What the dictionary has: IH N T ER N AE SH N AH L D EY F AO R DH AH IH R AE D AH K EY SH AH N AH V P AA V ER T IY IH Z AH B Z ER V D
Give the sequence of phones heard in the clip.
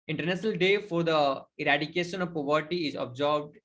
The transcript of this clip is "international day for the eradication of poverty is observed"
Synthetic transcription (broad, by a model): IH N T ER N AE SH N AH L D EY F AO R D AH IH R AE D AH K EY SH AH N AH V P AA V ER T IY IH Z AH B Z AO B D